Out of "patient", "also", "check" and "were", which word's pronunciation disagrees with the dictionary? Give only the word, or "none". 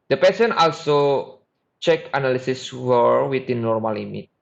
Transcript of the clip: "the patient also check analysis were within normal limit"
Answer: patient